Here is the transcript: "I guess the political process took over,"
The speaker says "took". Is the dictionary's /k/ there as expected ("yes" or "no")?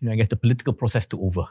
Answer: no